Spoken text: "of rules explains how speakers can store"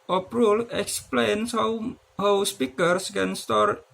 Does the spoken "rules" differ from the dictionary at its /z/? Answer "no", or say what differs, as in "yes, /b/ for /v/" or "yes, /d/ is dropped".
yes, /z/ is dropped